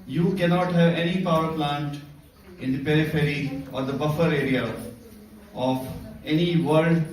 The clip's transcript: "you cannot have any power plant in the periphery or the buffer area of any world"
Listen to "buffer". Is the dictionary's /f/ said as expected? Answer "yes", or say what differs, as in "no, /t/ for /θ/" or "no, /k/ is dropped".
yes